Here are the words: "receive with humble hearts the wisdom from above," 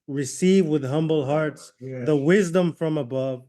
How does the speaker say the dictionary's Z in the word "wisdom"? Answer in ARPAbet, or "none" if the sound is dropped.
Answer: Z